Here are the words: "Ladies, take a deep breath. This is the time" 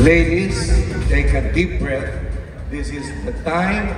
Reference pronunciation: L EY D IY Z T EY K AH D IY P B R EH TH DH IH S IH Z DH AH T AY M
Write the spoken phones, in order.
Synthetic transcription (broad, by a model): L EY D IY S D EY K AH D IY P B R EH T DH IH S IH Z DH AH T AY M